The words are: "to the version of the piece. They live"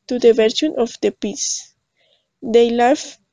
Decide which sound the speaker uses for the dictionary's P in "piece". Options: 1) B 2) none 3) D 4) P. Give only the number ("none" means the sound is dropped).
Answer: 4